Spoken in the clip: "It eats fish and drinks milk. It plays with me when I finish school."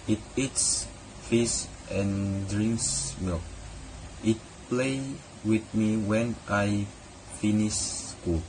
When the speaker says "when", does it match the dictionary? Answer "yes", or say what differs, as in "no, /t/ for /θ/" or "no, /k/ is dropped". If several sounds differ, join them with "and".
yes